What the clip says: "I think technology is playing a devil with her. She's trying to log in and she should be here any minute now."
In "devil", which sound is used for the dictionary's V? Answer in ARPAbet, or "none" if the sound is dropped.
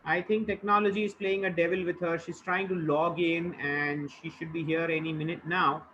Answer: V